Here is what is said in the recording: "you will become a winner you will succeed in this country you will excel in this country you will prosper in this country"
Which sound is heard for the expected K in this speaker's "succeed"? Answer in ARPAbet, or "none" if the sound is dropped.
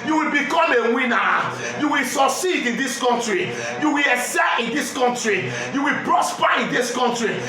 none